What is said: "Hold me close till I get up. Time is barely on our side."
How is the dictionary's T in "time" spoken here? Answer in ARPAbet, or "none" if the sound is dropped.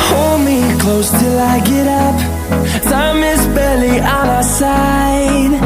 S